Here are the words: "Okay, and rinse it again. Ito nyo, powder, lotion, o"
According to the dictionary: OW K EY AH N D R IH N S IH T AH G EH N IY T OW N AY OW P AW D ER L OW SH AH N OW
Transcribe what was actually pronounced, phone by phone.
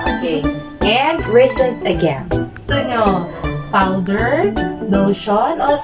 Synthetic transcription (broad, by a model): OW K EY AH N D R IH S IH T AH G EH N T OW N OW P AW D ER N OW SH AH N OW